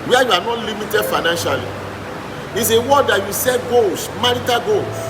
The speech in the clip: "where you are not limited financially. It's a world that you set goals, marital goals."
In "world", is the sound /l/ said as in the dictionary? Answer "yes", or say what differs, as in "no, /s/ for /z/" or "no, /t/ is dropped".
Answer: no, /l/ is dropped